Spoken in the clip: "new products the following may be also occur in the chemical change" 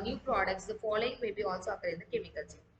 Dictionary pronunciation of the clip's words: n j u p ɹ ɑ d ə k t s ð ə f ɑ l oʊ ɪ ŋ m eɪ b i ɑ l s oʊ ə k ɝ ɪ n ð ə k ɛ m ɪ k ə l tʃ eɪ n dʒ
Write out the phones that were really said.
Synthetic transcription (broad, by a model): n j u p ɹ ɑ d ə k t s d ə f ɑ l oʊ ɪ ŋ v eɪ b i ɑ l s oʊ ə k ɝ ɪ n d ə k ɛ m ɪ k ə l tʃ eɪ